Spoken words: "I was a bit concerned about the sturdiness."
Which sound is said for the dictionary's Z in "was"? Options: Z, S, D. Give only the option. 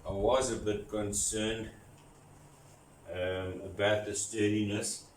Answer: Z